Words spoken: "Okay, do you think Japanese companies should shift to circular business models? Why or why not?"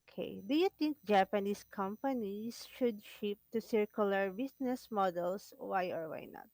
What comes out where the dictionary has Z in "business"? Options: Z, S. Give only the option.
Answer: S